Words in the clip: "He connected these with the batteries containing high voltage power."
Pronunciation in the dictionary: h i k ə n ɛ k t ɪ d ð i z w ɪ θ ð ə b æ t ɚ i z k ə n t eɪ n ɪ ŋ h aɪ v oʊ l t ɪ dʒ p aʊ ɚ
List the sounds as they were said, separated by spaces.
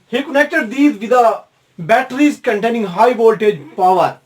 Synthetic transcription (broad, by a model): h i k ə n ɛ k t ɪ d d i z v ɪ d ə b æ t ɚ i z k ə n t eɪ n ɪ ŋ h aɪ v oʊ l t ɪ dʒ p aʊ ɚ